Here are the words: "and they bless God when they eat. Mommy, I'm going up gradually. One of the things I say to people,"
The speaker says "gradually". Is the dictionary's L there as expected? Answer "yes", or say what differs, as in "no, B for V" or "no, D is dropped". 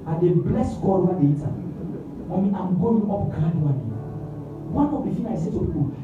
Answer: no, N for L